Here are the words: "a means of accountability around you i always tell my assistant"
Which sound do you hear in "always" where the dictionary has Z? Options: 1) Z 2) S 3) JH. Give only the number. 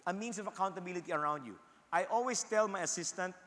2